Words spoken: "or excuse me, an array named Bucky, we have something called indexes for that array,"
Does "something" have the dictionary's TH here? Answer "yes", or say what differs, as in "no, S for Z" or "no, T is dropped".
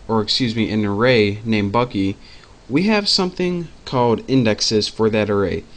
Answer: yes